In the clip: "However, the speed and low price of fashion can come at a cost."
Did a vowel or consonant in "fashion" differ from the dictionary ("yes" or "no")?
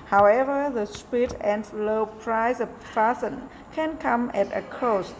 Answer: yes